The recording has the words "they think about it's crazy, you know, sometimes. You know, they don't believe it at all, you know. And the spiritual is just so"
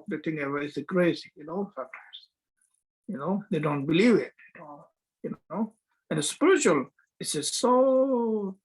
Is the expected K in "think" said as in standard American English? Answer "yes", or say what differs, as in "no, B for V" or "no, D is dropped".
no, K is dropped